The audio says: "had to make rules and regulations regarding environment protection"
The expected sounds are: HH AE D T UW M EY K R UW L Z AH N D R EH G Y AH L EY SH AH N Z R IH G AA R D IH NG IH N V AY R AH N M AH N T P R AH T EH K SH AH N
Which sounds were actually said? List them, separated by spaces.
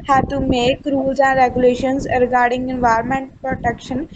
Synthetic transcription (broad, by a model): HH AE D T UW M EY K R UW Z AH N D R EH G Y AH L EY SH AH N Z R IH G AA R D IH NG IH N V AY R M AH N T P R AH T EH K SH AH N